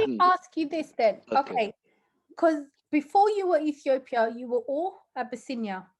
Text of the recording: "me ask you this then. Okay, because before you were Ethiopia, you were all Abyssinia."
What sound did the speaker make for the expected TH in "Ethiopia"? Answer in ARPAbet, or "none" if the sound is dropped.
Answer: TH